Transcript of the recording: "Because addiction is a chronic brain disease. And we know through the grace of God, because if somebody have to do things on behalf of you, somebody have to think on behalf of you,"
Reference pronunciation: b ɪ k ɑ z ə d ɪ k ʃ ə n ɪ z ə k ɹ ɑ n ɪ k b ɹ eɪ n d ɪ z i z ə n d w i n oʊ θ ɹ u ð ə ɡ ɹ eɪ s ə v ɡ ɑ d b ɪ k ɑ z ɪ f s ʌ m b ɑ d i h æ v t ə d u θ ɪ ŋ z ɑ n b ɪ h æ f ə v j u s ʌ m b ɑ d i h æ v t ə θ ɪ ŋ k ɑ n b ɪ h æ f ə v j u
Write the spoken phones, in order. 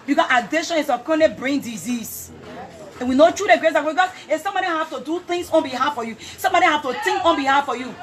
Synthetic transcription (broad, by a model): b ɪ k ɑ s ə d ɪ ʃ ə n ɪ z ə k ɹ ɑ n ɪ b ɹ eɪ n d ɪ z i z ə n w i n oʊ t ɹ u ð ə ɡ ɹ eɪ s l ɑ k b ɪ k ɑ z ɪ s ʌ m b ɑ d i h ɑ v t ə d u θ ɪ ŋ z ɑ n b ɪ h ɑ f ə j u s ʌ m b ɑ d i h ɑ f t ə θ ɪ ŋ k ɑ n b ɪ h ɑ f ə j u